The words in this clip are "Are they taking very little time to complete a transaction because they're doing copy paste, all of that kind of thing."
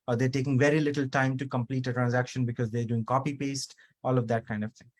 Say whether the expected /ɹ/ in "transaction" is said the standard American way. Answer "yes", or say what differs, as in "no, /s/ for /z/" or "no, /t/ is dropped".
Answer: yes